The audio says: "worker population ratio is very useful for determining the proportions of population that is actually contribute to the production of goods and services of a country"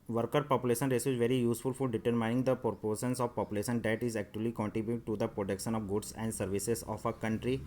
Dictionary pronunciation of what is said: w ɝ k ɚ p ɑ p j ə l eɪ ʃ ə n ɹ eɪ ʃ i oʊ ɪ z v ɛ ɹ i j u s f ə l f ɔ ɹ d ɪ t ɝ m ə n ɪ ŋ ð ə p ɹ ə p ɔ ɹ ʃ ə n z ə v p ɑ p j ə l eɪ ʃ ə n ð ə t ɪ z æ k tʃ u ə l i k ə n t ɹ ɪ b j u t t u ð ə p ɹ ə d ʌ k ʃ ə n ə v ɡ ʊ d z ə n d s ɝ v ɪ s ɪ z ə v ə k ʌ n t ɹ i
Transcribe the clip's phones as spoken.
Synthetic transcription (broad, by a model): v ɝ k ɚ p ɑ p j ə l eɪ ʃ ə n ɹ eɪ s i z v ɛ ɹ i j u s f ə l f ɔ ɹ d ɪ t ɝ m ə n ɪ ŋ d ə p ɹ p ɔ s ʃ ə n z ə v p ɑ p j ə l eɪ ʃ ə n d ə t ɪ z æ k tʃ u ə l i k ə n t ɹ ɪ b j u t t u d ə p ɹ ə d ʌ k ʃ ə n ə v ɡ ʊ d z ə n d s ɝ v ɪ s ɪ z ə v ə k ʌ n t ɹ i